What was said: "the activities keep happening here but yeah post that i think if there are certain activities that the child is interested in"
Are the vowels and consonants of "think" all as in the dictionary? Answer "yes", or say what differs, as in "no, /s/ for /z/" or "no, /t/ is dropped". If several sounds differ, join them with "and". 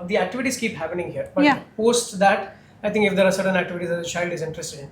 no, /t/ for /θ/